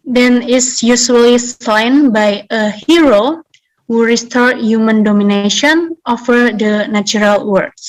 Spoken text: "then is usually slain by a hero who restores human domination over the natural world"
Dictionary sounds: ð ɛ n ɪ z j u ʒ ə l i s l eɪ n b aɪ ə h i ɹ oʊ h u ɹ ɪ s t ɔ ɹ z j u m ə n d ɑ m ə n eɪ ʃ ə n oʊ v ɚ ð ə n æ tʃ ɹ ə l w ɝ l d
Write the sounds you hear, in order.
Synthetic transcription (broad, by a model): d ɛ n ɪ s j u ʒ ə l i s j n b aɪ ə h i ɹ oʊ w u ɹ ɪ s t ɔ ɹ j u m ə n d ɑ m ə n eɪ ʃ ə n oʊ f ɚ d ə n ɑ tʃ ɹ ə l w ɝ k